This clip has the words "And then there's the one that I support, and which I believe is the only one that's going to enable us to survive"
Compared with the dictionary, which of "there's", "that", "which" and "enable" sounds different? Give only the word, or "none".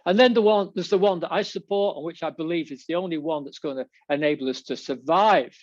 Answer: there's